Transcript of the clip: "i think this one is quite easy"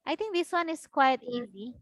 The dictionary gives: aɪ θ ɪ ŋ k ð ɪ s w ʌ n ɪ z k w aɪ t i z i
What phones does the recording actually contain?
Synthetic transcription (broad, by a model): aɪ t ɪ ŋ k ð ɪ s w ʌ n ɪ s k w aɪ t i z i